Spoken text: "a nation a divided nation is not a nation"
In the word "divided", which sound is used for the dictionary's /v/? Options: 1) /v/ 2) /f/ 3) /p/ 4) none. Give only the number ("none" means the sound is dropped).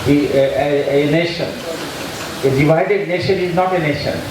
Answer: 1